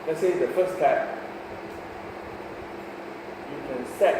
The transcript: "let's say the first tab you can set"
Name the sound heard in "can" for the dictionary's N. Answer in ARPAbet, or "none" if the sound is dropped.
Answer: N